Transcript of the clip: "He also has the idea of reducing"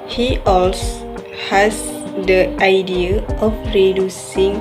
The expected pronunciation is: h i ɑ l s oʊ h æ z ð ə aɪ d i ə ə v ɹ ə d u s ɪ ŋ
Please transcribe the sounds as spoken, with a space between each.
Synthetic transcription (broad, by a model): h i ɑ l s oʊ h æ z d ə aɪ d i ə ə p ɹ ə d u s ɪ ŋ